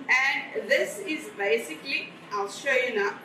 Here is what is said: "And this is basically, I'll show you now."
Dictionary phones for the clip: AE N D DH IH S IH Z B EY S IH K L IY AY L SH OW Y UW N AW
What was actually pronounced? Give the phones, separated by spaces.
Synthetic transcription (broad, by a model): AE N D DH IH S IH Z B EY S IH K L IY AY L SH OW Y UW N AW